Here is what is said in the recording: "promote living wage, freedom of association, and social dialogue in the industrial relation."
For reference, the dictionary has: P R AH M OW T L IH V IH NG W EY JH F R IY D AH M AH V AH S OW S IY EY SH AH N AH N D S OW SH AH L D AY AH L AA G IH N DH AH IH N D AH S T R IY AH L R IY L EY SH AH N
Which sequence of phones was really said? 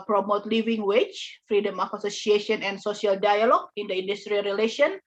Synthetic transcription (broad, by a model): P R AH M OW T L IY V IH NG W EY CH F R IY D AH M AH F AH S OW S IY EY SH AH N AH N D S OW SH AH L D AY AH L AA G IH N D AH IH N D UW S T R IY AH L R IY L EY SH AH N